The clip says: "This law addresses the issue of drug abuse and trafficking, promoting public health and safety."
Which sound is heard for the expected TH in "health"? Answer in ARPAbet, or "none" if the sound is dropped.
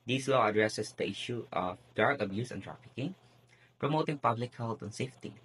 T